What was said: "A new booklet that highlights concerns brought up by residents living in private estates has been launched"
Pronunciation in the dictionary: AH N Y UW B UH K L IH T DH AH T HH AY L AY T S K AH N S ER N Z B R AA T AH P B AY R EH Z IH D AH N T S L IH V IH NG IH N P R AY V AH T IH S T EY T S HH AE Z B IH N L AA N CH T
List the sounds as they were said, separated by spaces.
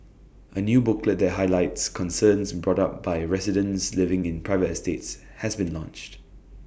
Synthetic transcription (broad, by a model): AH N Y UW B UH K L IH T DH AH T HH AY L AY T S K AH N S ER N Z B R AA T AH P B AY R EH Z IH D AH N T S L IH V IH NG IH N P R AY V AH T IH S T EY T S HH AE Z B IH N L AA N CH T